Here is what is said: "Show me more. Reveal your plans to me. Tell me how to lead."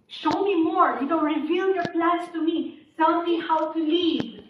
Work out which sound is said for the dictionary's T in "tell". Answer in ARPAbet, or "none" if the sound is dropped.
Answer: S